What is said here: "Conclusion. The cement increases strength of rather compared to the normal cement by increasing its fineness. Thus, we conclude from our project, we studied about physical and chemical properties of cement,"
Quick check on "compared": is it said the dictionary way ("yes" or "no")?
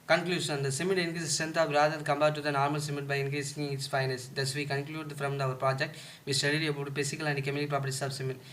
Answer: no